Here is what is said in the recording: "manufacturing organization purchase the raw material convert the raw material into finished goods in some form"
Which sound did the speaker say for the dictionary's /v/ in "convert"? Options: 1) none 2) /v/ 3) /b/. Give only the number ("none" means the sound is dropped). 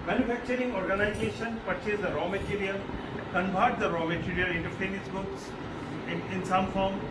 3